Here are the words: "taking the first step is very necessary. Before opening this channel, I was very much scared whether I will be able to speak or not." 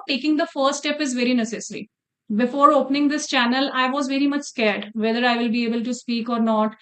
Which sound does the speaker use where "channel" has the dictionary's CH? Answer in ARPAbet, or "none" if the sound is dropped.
CH